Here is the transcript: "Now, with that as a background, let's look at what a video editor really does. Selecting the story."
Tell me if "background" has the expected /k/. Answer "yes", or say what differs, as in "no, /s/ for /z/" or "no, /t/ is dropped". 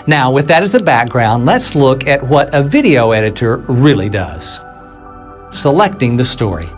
yes